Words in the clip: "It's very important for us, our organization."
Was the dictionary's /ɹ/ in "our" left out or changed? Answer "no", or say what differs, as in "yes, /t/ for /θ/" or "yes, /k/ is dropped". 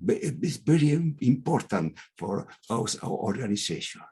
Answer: yes, /w/ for /ɹ/